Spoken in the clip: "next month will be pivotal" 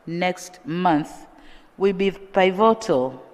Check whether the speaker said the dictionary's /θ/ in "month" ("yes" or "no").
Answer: yes